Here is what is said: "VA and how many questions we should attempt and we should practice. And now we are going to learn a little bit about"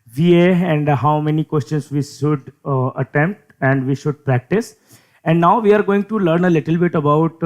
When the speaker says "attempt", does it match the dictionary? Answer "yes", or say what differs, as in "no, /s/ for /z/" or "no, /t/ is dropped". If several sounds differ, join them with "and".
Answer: yes